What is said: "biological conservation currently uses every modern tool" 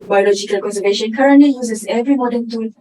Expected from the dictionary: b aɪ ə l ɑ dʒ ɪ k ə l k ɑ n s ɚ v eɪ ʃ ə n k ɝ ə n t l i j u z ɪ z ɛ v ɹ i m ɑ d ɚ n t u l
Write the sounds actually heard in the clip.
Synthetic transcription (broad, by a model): b aɪ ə l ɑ dʒ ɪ k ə l k ɑ n s ɚ v eɪ ʃ ə n k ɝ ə n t l i j u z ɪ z ɛ v ɹ i m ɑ d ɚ n t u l